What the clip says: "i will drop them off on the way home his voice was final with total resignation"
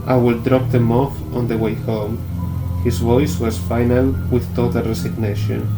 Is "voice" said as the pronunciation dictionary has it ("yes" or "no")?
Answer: yes